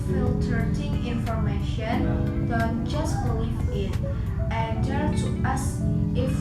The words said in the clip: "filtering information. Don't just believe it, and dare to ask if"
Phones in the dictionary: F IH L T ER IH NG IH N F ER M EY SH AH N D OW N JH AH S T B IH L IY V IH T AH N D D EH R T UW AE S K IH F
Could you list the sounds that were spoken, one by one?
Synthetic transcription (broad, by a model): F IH L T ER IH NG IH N F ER M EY SH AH N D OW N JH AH S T B IH L IY V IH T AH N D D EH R T UW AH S IH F